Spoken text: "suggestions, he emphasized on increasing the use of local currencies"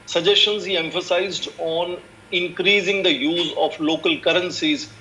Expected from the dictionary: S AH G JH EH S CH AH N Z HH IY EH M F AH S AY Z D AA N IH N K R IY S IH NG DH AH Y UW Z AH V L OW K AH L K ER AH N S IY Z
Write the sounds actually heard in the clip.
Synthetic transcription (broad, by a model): S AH JH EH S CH AH N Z HH IY EH M F AH S AY Z D AA N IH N K R IY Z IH NG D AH Y UW Z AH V L OW K AH L K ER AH N S IY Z